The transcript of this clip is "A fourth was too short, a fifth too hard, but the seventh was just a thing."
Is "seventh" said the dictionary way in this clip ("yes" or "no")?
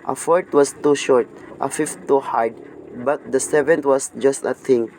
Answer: no